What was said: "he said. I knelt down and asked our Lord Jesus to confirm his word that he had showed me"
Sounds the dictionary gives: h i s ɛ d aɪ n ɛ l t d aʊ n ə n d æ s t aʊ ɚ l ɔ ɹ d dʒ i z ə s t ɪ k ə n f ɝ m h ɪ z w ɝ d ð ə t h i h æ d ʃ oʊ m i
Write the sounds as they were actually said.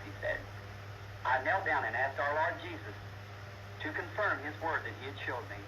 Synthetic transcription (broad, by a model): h i s ɛ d aɪ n ɛ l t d aʊ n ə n æ s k aʊ ɚ l ɔ ɹ d dʒ i z ə s t ɪ k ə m f ɝ m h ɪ z w ɝ d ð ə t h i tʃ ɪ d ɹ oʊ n